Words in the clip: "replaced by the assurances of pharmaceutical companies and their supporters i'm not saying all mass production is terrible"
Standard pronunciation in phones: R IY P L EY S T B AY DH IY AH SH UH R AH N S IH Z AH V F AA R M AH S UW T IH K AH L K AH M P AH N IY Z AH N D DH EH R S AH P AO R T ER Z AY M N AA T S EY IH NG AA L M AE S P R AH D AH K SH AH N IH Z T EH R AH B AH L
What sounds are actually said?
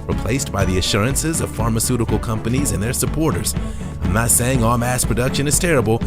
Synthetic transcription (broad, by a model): R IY P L EY S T B AY DH IY AH SH UH R AH N S IH Z AH V F AA R M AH S UW T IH K L K AH M P AH N IY Z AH N DH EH R S AH P AO R T ER Z AY M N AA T S EY IH NG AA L M AE S P R AH D AH K SH AH N IH Z T EH R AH B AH L